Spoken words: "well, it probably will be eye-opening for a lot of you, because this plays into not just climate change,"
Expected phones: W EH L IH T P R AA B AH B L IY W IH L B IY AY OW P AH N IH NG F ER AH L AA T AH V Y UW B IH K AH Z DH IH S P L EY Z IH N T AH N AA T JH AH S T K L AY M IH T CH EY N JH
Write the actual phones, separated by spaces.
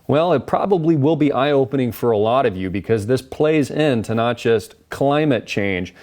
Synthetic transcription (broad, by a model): W EH L IH T P R AA B AH B L IY W IH L B IY AY OW P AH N IH NG F ER AH L AA T AH V Y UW B IH K AH Z DH IH S P L EY Z IH N T AH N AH T JH AH S T K L AY M IH T CH EY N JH